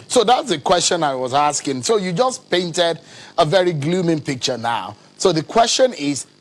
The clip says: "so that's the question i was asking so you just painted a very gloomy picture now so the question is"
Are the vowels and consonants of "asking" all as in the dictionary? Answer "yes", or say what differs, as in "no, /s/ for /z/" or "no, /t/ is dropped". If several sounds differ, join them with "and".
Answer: yes